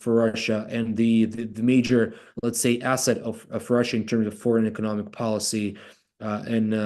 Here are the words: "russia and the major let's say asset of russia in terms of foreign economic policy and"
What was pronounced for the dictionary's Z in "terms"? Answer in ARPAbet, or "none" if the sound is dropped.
Z